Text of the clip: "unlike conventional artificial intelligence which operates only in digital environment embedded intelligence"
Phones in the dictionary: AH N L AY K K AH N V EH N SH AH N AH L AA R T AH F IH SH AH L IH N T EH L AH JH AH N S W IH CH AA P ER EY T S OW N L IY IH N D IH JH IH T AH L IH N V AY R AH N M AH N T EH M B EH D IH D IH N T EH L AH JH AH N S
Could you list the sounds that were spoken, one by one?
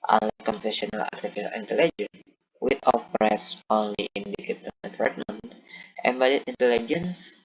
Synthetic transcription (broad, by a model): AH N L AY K K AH N F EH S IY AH N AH L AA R T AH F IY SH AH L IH N T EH L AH JH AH N W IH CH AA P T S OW N L IY IH N D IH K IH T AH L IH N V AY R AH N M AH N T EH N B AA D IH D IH N T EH L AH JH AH N S